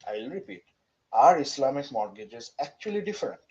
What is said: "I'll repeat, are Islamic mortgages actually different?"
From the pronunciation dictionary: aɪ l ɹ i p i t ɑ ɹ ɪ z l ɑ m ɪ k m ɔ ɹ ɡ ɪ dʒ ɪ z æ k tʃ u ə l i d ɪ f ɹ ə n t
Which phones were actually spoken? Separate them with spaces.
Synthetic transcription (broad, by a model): aɪ l ɹ i p i t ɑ ɹ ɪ s l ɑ m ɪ k m ɔ ɹ ɡ ɪ dʒ ɪ z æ k tʃ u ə l i d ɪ f ɹ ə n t